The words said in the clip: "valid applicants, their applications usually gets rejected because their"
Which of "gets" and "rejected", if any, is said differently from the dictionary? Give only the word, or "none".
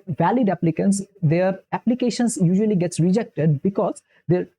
none